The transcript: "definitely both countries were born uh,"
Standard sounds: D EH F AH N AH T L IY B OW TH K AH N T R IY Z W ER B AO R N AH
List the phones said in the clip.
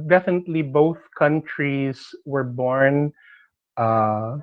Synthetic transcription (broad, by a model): D EH F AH N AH T L IY B OW TH K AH N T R IY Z W ER B AO R N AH